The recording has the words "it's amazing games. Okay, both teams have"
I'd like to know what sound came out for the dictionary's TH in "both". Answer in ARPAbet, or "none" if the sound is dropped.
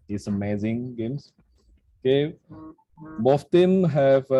F